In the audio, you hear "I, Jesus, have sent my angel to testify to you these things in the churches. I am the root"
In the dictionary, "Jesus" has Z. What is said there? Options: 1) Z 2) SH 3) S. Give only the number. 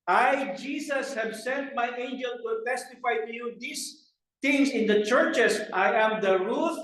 3